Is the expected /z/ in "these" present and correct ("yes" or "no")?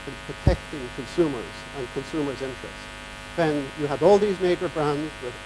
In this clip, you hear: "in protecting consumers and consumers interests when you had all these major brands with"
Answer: yes